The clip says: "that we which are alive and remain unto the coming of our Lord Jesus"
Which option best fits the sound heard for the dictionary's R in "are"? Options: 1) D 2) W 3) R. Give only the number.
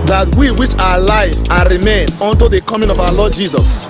2